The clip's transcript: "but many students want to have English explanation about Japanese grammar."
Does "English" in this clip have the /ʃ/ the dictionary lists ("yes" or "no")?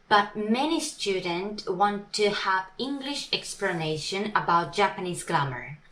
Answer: yes